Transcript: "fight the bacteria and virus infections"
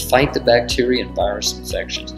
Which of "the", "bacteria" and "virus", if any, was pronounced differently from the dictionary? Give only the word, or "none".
none